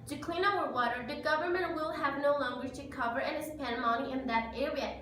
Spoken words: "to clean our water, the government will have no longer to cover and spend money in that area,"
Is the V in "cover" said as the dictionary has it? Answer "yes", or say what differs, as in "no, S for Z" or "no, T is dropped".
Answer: yes